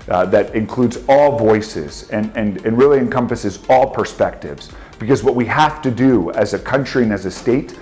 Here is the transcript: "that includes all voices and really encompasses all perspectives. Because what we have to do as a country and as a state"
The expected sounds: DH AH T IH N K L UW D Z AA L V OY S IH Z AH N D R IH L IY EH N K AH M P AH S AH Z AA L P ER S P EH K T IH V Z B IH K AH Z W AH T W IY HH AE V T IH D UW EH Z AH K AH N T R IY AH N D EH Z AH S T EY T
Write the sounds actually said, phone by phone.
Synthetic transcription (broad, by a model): DH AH T IH N K L UW D Z AA L V OY S IH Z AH N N R IH L IY EH N K AH M P AH S AH Z AA L P ER S P EH K T IH V Z B IH K AH Z W AH T W IY HH AE F T IH D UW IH Z AH K AH N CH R IY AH N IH Z AH S T EY T